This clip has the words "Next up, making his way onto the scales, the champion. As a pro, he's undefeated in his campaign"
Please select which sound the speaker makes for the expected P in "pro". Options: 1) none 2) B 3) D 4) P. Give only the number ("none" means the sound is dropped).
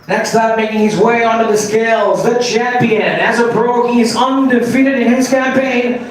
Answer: 2